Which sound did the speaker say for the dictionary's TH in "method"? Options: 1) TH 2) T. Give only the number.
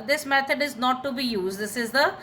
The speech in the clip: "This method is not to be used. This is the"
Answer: 2